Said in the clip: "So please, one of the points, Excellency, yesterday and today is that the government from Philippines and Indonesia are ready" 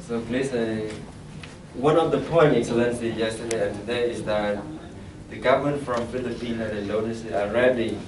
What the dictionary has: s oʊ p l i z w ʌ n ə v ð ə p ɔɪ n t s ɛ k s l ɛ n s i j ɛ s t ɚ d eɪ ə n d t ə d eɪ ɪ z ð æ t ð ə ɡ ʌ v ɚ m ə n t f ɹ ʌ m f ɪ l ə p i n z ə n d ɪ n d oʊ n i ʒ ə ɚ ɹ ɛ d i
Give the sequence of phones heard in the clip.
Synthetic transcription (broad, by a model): s oʊ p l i s w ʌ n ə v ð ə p ɔɪ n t ɛ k s l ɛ n s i j ɛ s t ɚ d eɪ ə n t ə d eɪ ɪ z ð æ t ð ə ɡ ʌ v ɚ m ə n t f ɹ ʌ m f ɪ l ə p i n ə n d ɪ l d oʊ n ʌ s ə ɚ ɹ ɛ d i